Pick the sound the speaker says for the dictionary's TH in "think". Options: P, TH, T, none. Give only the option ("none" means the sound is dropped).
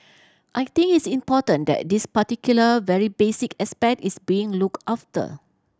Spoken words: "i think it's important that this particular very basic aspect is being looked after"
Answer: T